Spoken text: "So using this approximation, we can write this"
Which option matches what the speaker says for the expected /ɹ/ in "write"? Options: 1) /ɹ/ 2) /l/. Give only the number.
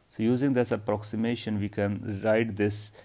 1